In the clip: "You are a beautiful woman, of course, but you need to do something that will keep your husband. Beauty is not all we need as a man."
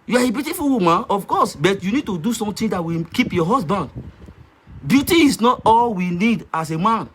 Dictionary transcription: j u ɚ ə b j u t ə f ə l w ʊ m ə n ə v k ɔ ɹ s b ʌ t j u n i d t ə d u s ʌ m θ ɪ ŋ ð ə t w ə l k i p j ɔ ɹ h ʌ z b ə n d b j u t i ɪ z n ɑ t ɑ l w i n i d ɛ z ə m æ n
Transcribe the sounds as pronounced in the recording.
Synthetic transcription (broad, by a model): j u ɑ ə b j u t ə f ə l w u m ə n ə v k ɔ s b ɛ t j u n i d t ə d u s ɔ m t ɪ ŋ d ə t w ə k i p j ɔ h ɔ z b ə n d b j u t i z n ɑ t ɑ l w i n i d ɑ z ə m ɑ n